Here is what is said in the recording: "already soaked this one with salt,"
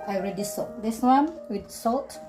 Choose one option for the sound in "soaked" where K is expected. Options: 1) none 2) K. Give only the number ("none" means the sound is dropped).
1